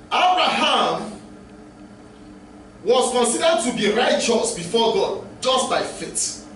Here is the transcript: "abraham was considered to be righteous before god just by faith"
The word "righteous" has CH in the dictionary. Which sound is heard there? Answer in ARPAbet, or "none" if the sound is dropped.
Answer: CH